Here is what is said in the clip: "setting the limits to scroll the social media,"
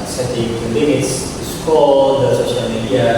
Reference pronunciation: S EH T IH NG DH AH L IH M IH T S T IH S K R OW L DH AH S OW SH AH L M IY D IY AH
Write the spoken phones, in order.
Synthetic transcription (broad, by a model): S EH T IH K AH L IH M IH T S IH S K OW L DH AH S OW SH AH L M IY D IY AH